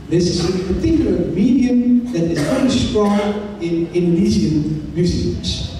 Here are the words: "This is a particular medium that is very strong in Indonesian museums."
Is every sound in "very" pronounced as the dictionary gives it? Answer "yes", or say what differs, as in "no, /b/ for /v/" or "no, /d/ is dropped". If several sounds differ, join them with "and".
no, /f/ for /v/ and /ɹ/ is dropped